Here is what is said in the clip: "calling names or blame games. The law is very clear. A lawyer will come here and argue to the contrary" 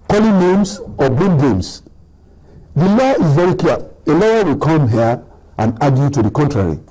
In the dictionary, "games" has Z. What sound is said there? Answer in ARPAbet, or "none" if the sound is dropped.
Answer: S